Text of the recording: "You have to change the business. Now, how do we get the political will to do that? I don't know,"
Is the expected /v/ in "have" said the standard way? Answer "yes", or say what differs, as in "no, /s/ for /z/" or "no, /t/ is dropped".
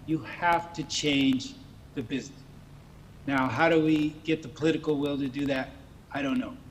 no, /f/ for /v/